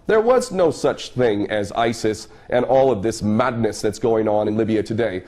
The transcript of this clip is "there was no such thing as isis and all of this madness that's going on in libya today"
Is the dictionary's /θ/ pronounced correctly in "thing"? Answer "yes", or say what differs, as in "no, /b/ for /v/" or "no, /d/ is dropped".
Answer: yes